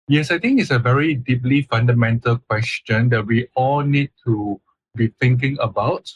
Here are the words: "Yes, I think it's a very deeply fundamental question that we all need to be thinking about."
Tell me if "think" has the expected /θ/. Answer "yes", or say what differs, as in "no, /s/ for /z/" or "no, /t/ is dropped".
no, /t/ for /θ/